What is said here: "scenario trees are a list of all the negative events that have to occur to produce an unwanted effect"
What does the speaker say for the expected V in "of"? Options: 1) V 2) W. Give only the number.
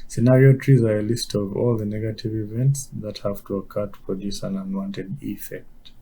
1